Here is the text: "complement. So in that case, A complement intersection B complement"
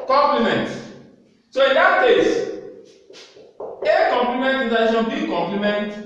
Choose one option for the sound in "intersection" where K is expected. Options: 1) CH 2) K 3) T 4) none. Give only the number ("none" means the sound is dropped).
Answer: 4